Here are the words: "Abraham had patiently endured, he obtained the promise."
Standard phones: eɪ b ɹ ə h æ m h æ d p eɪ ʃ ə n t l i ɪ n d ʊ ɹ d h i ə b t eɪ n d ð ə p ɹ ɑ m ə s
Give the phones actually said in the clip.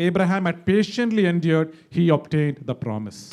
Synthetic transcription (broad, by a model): eɪ b ɹ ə h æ m h æ d p eɪ ʃ ə n t l i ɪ n d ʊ ɹ d h i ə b t eɪ n d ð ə p ɹ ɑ m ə s